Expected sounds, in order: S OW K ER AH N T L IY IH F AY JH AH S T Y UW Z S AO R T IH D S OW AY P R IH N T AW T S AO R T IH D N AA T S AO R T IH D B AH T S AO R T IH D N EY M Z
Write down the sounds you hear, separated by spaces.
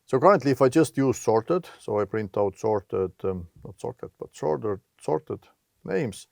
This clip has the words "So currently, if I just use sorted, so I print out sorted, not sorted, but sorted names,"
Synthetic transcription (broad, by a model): S OW K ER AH N T L IY IH F AY JH AH S T Y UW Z S AO R T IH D S OW AY P R IH N T AW T S AO R T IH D N AA T S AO R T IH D B AH T S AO R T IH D N EY M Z